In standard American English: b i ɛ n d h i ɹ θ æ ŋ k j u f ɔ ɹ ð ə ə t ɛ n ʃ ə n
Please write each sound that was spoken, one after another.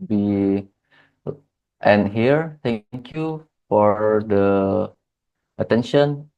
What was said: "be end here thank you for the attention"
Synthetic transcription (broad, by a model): b i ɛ n h i ɹ t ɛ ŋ k j u f ɔ ɹ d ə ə t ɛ n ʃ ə n